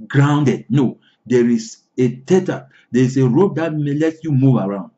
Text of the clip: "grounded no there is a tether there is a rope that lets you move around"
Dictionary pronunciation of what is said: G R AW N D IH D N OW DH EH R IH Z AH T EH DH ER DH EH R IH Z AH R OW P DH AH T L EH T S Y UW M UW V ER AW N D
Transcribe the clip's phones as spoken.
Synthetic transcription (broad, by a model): G R AW N D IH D N OW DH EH R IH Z AH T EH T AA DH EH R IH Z AH R OW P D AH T L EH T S Y UW M UW V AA AW N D